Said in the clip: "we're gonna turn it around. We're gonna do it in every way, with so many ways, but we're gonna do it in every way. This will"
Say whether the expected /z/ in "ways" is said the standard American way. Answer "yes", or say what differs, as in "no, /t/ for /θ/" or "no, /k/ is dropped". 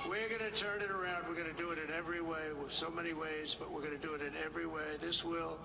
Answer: yes